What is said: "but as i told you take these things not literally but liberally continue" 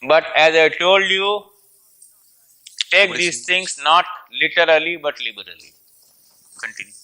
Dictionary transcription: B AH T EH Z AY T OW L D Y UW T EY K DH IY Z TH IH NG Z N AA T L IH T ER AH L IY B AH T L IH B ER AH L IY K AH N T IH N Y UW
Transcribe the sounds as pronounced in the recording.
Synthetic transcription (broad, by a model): B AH T EH Z AY T OW L D Y UW T EY K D IY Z T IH NG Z N AA T L IH T ER AH L IY B AH T L IH B ER AH L IY K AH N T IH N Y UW